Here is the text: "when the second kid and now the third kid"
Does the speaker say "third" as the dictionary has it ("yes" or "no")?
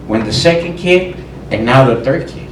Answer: yes